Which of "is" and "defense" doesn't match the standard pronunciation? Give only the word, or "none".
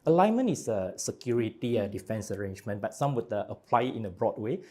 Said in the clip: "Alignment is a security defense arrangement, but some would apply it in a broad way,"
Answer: is